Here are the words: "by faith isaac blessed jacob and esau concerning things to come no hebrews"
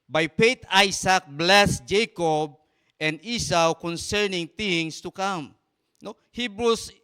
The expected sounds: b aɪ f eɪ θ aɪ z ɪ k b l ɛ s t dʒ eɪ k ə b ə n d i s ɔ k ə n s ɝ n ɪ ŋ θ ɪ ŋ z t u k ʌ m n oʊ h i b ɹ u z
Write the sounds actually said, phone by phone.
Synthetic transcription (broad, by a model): b aɪ p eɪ t aɪ s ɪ k b l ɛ s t dʒ eɪ k ə b ə n d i s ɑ k ə n s ɝ n ɪ ŋ t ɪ ŋ s t u k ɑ m n oʊ h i b ɹ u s